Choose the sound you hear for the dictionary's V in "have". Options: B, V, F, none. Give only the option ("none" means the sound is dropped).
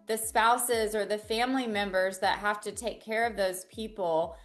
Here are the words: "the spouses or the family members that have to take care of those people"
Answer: F